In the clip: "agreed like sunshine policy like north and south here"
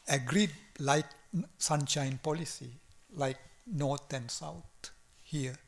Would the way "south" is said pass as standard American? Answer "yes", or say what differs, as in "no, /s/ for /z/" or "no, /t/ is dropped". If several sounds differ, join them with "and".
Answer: no, /t/ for /θ/